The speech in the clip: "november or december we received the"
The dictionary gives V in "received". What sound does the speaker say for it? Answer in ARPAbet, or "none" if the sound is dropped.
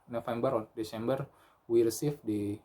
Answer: F